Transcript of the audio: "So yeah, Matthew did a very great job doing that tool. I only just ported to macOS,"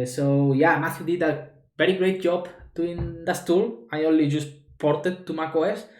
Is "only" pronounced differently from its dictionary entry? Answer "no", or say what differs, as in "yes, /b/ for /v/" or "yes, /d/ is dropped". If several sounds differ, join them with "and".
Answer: no